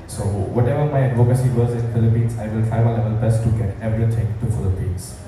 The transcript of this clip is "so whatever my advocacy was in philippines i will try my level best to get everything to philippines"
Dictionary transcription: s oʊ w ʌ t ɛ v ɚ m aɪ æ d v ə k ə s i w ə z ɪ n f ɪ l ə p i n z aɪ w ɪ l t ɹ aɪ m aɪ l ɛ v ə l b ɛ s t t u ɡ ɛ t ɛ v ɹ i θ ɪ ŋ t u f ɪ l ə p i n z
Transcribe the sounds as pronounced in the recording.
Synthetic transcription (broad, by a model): s oʊ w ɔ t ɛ v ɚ m aɪ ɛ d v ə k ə s i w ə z ɪ n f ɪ l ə p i n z aɪ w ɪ l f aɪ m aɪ l ɛ v ə l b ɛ s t t u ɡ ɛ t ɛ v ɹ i t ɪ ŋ t u f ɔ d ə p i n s